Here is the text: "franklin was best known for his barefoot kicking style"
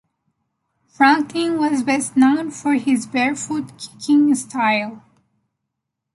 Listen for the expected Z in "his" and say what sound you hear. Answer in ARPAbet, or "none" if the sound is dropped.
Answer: Z